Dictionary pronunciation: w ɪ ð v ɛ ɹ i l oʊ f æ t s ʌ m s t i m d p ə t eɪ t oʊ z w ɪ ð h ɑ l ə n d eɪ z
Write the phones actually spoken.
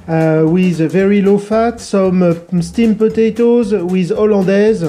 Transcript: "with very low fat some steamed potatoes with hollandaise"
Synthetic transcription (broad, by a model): w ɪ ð v ɛ ɹ i l oʊ f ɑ t s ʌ m s t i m p ə t eɪ t oʊ z w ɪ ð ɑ l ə d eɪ z